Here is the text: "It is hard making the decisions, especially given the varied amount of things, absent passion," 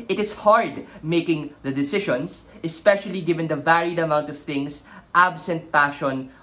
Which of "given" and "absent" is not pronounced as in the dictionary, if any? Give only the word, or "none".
none